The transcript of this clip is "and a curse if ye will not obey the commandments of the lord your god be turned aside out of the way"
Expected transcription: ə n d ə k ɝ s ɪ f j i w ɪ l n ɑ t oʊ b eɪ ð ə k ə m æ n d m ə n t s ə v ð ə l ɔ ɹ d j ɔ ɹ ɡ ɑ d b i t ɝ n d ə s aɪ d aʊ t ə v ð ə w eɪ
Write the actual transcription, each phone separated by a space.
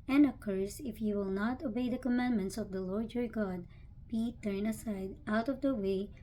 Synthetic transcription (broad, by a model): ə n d ə k ɝ s ɪ f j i w ɪ l n ɑ t oʊ b eɪ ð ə k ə m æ n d m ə n t s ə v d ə l ɔ ɹ d j ɔ ɹ ɡ ɑ d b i t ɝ n ə s aɪ d aʊ t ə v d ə w eɪ